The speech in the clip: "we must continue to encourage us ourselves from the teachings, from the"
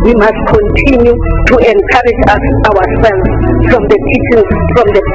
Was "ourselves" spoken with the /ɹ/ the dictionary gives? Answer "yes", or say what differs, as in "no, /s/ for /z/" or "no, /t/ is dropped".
no, /w/ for /ɹ/